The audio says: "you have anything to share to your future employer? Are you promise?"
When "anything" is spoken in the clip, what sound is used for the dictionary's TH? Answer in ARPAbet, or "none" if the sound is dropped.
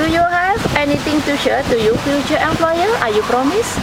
T